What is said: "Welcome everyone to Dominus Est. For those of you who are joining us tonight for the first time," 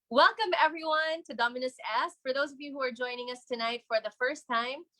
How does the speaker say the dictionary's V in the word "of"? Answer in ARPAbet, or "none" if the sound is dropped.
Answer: V